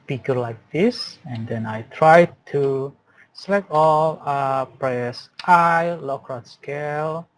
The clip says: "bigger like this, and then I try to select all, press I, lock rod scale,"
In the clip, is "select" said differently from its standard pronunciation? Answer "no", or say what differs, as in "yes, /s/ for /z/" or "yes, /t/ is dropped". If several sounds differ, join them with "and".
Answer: yes, /t/ is dropped